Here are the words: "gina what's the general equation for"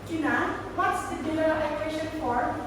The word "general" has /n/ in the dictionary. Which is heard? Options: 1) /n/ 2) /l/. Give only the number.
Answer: 2